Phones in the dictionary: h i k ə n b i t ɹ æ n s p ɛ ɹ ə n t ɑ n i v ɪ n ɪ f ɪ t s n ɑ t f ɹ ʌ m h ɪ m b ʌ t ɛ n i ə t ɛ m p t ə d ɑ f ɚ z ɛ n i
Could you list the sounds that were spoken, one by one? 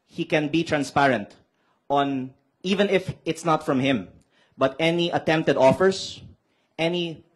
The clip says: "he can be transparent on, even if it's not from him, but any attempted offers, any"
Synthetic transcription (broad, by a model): h i k ə n b i t ɹ æ n s p ɛ ɹ ə n t ɑ n i v ɪ n ɪ f ɪ t s n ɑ t f ɹ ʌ m h ɪ m b ʌ t ɛ n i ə t ɛ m p t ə d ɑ f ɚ s ɛ n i